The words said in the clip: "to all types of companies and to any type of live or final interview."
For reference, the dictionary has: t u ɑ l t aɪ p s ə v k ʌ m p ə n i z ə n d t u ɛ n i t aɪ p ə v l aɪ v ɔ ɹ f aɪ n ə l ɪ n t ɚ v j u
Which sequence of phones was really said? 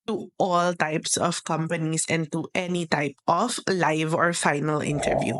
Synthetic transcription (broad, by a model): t u ɑ l t aɪ p s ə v k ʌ m p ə n i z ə n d t u ɛ n i t aɪ p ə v l aɪ v ɔ ɹ f aɪ n ə l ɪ n t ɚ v j u